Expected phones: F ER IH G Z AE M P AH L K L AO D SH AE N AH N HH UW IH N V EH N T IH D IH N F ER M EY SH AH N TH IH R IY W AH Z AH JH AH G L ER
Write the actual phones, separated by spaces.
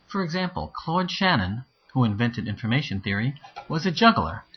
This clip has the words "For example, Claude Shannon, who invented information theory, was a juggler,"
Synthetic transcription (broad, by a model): F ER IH G Z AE M P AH L K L AO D SH AE N AH N HH UW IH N V EH N T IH D IH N F ER M EY SH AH N TH IH R IY W AH Z AH JH AH G L ER